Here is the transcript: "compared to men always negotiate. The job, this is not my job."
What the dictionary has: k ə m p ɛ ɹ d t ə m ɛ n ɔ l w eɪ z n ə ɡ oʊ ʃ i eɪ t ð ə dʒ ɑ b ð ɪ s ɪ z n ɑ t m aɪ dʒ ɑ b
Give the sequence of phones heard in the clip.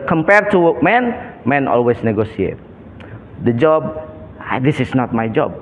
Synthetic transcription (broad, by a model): k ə m p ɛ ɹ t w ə m ɛ n ɔ l w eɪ s n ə ɡ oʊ s i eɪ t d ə dʒ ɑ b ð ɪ s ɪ s n ɑ t m aɪ dʒ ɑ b